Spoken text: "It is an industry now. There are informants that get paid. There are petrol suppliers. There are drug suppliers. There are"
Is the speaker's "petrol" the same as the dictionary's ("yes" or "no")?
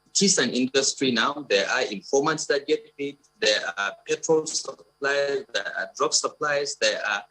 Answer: yes